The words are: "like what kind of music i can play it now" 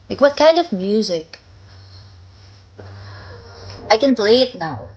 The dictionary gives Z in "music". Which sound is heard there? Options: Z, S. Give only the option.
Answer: Z